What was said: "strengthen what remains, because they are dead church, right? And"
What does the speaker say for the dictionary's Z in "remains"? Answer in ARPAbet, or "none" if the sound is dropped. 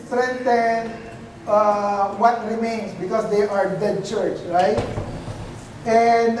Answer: S